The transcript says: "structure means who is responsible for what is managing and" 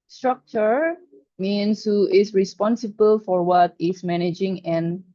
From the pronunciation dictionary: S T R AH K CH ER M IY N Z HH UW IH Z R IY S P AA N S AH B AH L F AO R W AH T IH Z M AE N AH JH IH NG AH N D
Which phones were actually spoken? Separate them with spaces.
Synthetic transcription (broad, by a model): S T R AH K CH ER M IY N S HH UW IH S R IY S P AA N S AH B AH L F AO R W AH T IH S M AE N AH JH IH NG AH N